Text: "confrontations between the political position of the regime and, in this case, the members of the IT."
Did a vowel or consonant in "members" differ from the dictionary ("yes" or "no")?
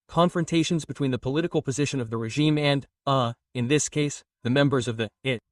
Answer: no